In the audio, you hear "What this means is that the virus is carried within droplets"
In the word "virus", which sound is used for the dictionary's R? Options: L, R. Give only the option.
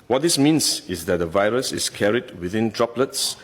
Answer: R